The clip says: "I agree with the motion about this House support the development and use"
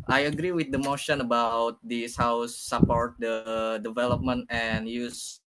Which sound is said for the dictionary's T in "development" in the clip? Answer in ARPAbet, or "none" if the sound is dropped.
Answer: T